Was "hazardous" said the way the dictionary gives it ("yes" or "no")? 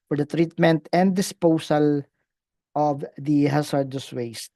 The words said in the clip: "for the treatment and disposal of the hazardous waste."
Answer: no